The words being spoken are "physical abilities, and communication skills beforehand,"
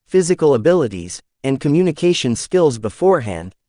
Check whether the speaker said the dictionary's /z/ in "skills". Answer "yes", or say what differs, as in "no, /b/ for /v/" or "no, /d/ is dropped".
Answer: yes